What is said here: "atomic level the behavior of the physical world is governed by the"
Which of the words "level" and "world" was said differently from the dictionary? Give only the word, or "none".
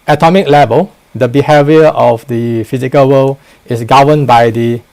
world